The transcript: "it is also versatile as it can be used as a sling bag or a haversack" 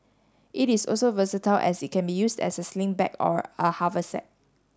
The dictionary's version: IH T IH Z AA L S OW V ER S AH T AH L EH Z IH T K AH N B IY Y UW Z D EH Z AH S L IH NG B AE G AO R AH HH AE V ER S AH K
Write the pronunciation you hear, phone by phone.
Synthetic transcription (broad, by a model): IH T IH S AA L S OW V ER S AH T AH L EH S IH T K AH N B IY Y UW S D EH S AH S L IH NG B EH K AO R AH HH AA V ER S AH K